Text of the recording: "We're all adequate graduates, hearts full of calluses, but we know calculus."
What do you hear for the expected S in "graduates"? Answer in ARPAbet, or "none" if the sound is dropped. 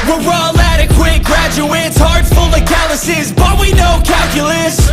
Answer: S